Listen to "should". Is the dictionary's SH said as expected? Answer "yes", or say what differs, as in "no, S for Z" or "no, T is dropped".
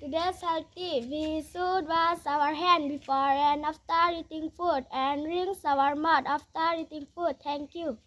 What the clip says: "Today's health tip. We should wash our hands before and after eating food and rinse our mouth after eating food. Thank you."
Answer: no, S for SH